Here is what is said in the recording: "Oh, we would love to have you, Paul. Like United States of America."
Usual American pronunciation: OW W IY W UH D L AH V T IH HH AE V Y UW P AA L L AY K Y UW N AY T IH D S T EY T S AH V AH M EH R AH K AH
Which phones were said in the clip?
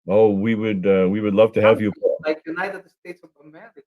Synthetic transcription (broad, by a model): OW W IY W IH D L AH V T IH HH AE V Y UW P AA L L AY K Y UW N AY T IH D S T EY T S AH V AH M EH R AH